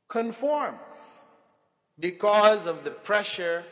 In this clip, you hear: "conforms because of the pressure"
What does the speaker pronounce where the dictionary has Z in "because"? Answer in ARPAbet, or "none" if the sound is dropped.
Z